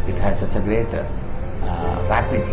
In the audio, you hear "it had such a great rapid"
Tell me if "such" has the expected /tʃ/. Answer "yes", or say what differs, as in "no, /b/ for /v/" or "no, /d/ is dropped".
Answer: no, /s/ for /tʃ/